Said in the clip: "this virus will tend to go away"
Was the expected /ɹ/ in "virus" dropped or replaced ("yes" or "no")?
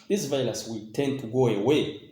yes